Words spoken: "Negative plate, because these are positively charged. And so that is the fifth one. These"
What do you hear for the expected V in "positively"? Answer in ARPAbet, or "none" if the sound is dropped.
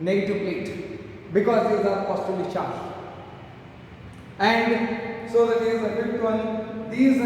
none